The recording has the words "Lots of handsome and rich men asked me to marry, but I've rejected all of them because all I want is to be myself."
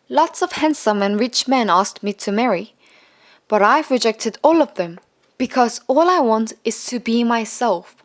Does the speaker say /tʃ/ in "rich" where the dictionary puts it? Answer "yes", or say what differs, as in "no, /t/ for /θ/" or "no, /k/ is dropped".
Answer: yes